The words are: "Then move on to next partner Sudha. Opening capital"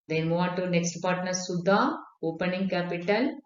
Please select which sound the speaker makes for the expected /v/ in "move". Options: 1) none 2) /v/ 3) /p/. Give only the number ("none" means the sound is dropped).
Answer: 1